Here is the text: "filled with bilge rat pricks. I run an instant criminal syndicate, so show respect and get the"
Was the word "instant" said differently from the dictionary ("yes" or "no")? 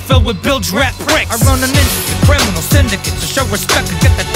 yes